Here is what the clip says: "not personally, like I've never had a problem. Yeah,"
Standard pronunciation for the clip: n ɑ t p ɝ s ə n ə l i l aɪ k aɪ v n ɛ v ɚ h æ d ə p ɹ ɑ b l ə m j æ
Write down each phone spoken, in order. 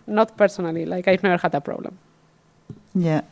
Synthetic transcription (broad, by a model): n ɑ t p ɝ s ə n ə l i l aɪ k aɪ f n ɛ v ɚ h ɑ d ə p ɹ ɑ b l ə m j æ